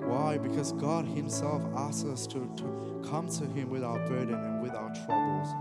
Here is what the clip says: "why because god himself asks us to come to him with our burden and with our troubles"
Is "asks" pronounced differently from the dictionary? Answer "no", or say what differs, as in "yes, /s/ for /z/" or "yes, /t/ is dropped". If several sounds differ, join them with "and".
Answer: yes, /k/ is dropped